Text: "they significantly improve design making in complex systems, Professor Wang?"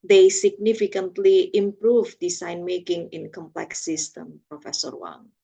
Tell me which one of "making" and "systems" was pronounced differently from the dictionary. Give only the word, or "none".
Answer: systems